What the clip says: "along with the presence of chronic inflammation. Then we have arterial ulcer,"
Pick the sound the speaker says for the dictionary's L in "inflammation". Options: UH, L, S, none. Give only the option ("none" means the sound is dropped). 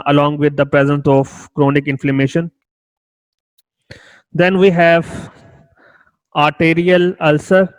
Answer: L